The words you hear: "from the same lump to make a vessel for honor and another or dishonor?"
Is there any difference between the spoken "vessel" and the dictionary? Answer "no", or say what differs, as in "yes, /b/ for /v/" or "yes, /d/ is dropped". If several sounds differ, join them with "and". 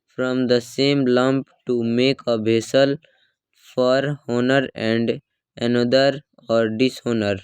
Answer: yes, /b/ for /v/